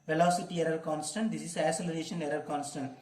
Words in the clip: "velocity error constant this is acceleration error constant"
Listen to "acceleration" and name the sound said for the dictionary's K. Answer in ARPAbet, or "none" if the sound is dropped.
none